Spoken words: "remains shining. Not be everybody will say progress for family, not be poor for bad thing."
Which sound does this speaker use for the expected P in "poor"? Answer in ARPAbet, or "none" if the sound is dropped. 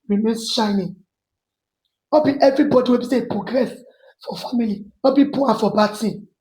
B